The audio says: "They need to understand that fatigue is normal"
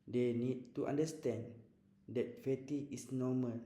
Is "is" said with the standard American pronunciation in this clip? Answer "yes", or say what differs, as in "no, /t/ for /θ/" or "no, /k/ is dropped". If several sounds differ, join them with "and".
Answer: no, /s/ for /z/